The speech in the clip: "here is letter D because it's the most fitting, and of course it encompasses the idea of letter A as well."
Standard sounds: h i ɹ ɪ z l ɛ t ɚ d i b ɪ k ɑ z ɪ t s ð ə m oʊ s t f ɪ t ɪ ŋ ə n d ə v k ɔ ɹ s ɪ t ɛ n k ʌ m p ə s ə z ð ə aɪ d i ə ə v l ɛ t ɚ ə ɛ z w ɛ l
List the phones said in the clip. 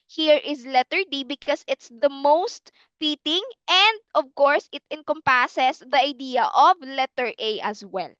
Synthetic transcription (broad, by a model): h i ɹ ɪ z l ɛ t ɚ d i b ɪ k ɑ s ɪ t s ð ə m oʊ s t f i t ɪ ŋ ə n d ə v k ɔ ɹ s ɪ t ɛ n k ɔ m p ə s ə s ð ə aɪ d i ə ə v l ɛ t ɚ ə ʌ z w ɛ l